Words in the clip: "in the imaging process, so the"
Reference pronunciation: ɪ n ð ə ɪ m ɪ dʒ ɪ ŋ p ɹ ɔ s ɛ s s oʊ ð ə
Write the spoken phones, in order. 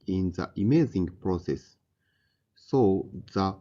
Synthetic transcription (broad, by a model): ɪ n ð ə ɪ m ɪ z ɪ ŋ p ɹ ɔ s ɛ s s oʊ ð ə